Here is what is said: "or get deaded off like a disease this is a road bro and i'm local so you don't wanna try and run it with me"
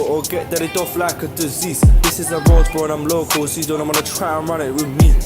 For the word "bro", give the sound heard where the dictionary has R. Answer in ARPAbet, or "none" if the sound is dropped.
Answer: none